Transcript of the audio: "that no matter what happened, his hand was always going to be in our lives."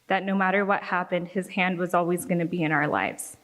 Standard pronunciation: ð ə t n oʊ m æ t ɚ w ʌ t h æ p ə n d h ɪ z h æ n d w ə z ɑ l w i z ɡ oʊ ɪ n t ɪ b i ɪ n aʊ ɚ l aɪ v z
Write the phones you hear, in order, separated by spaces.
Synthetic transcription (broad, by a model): ð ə t n oʊ m æ t ɚ w ʌ t h æ p ə n d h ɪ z h æ n d w ə z ɑ l w i z ɡ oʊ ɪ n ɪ b i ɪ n aʊ ɚ l aɪ v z